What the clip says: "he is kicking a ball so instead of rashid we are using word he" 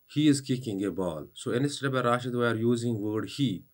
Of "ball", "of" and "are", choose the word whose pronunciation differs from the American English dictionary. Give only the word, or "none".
of